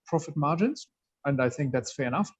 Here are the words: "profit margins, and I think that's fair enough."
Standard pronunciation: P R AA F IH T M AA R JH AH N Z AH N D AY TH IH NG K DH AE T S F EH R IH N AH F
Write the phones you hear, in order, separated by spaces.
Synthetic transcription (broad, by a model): P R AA F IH T M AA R JH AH N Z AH N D AY TH IH NG K DH AE T S F EH R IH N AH F